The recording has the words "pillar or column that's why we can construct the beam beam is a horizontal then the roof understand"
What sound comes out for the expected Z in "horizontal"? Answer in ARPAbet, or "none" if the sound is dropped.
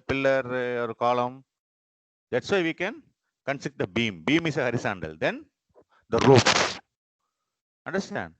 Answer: S